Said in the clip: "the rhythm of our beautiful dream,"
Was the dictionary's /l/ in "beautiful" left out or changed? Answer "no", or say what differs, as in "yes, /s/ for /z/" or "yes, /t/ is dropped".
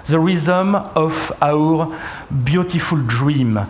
no